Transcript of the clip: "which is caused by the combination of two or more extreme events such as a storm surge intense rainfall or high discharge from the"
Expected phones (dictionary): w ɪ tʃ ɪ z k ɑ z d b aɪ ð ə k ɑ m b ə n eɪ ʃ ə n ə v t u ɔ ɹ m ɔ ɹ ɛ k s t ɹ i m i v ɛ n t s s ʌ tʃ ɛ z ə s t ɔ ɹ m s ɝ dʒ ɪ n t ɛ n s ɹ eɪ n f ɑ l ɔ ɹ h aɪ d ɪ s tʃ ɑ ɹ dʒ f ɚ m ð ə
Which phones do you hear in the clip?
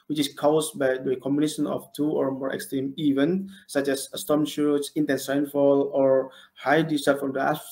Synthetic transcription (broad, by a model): w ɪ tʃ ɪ s k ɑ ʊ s b aɪ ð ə k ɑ m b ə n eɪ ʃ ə n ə f t u ɔ ɹ m ɔ ɹ ɛ k s t ɹ i m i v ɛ n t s s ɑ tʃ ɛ s ə s t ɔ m ʃ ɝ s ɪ n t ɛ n s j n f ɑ l ɔ ɹ h aɪ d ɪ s ɑ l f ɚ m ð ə